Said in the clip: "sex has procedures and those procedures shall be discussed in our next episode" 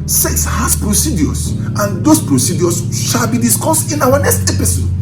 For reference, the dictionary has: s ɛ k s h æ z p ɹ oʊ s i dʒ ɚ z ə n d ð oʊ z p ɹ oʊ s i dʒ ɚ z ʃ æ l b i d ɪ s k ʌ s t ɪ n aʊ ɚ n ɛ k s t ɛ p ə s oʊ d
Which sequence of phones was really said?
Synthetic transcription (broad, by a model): s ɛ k s h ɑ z p ɹ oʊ s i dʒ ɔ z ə n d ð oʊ s p ɹ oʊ s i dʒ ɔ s ʃ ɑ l b i d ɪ s k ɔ s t ɪ n aʊ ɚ n ɛ k s t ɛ p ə s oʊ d